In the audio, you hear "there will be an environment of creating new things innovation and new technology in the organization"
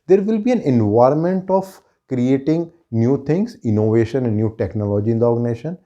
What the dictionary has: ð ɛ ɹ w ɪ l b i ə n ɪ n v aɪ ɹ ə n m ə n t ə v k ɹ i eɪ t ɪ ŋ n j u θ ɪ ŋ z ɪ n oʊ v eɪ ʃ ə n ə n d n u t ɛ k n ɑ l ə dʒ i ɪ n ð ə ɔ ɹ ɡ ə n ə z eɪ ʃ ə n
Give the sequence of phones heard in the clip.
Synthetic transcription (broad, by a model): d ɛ ɹ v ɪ l b i ə n ɪ n v aɪ ɹ ə n m ə n t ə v k ɹ i eɪ t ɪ ŋ n j u t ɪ ŋ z ɪ n oʊ v eɪ ʃ ə n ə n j u t ɛ k n ɑ l ə dʒ i ɪ n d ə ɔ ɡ n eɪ ʃ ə n